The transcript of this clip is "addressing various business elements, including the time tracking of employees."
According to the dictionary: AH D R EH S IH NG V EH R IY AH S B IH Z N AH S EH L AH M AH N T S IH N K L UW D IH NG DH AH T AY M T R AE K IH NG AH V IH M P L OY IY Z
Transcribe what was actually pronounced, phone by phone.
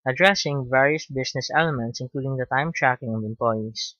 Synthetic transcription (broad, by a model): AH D R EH S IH NG V EH R IY AH S B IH S N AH S EH L AH M AH N T S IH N K L UW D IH NG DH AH T AY M T R AE K IH NG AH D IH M P L OY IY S